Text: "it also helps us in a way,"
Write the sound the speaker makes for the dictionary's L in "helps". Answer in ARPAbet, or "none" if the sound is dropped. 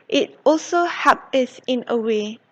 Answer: none